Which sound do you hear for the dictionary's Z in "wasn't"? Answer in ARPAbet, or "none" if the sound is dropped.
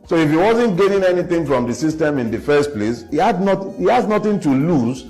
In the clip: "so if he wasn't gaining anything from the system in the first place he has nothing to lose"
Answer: Z